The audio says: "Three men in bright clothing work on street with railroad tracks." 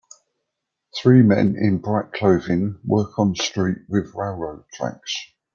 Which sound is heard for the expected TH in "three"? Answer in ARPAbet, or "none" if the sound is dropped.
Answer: TH